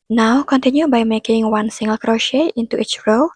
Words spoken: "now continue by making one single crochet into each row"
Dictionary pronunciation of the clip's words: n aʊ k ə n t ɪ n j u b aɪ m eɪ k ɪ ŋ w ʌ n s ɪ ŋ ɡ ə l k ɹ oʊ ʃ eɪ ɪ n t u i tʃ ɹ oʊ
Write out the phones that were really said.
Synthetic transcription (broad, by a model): n aʊ k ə n t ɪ n j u b aɪ m eɪ k ɪ ŋ w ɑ n s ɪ ŋ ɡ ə l k ɹ oʊ ʃ eɪ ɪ n t u i tʃ ɹ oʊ